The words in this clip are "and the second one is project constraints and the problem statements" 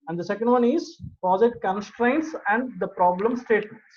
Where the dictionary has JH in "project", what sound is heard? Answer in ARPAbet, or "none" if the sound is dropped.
Z